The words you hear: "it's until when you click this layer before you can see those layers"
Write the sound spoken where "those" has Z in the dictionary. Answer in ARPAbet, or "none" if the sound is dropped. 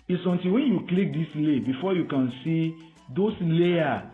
S